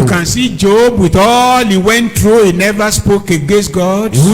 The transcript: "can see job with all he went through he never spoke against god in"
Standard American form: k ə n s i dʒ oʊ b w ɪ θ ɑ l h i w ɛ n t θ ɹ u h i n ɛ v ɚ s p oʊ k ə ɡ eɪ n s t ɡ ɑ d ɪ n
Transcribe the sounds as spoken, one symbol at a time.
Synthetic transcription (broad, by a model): k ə n s i dʒ oʊ b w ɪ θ ɑ l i w ɛ n t ɹ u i n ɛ v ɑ s p oʊ k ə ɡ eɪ s ɡ ɑ d